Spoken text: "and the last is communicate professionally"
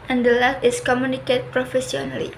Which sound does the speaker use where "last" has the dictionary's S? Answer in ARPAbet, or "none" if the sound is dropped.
none